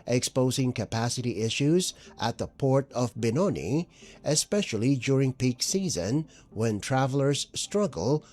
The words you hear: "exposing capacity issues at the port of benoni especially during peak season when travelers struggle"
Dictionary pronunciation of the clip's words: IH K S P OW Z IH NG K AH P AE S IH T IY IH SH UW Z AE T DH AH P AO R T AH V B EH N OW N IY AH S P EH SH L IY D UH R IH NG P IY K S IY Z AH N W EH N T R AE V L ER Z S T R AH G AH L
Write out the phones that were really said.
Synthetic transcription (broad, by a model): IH K S P OW Z IH NG K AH P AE S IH T IY IH SH UW Z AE T DH AH P AO R T AH V B EH N OW N IY AH S P EH SH L IY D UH R IH NG P IY K S IY Z AH N W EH N T R AE V L ER Z S T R AH G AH L